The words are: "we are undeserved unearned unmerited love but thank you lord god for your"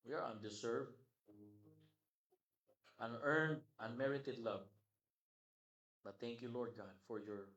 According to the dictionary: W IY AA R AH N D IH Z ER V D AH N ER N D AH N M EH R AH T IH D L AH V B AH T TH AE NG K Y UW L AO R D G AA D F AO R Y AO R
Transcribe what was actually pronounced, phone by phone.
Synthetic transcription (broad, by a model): W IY AA R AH N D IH S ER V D AH N ER N D AH N M EH R AH T IH D L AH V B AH T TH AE NG K Y UW L AO R D G AA D F AO R Y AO R